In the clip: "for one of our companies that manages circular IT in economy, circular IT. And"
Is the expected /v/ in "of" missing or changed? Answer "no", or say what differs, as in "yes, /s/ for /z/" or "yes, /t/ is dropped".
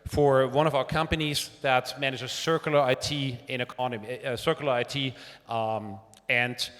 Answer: no